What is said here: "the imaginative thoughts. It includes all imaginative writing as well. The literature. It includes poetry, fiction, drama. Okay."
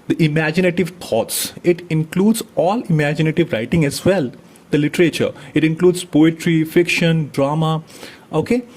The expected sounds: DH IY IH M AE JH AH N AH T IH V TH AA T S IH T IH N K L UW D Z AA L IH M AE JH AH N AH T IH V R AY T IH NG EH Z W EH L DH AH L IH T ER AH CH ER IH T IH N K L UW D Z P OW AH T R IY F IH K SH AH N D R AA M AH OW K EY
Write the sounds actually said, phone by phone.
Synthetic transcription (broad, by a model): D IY IH M AE JH AH N AH T IH V T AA T S IH T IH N K L UW D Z AA L IH M AE JH AH N AH T IH V R AY T IH NG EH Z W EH L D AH L IH T ER AH CH ER IH T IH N K L UW D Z P OW AH T R IY F IH K SH AH N D R AA M AH OW K EY